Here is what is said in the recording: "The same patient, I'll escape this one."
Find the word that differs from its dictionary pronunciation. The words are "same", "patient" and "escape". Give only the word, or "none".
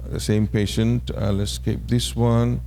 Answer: none